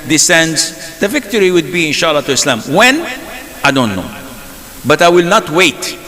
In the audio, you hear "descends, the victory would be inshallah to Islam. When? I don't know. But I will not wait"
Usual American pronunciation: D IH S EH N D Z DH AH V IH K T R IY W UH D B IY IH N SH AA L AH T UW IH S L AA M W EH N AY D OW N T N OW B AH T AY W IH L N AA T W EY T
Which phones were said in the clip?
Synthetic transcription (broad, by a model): D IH S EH N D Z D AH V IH K T R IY W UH D B IY IH N SH AA L AH T UW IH S L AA M W EH N AY D OW N T N OW B AH T AY W IH L N AA T W EY T